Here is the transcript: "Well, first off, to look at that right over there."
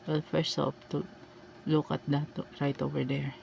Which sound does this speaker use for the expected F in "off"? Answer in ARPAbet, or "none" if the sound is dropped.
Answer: P